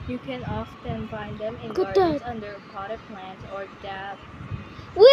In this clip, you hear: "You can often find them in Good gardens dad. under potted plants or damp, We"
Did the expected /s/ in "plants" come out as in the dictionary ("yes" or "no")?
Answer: no